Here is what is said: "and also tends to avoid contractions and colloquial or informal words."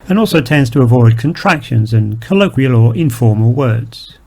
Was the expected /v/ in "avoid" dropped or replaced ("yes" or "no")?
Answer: no